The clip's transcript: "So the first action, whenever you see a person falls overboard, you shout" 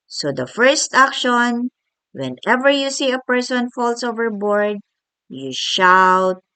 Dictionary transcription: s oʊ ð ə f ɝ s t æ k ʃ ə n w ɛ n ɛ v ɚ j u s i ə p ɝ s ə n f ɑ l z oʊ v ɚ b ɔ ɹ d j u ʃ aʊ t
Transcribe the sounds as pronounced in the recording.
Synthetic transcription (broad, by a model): s oʊ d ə f ɝ s t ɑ k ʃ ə n w ɛ n ɛ v ɚ j u s i ə p ɝ s ə n f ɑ l s oʊ v ɚ b ɔ ɹ d j u ʃ aʊ t